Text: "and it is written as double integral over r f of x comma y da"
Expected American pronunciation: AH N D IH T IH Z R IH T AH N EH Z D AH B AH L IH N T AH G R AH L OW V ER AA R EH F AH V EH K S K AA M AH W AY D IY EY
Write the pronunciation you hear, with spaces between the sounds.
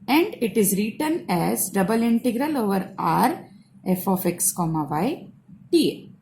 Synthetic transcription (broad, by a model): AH N D IH T IH Z R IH T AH N EH Z D AH B AH L IH N T AH G R AH L OW V ER AA R EH F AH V EH K S K AA M AH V AY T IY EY